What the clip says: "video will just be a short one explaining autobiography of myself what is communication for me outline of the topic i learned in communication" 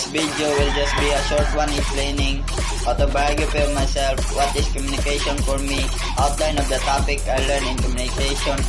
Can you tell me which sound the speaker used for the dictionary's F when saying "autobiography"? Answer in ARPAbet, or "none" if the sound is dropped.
P